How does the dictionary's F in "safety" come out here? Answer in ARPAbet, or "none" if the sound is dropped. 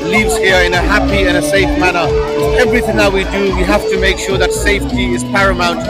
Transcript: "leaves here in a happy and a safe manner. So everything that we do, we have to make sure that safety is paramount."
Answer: F